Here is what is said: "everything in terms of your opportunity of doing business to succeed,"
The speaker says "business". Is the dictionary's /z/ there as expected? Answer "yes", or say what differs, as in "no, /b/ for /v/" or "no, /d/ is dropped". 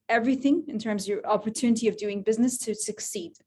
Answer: yes